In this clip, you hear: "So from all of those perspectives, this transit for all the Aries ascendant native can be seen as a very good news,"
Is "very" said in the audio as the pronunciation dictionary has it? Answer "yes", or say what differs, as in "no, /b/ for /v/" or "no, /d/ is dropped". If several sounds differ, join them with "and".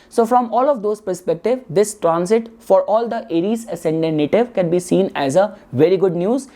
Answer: yes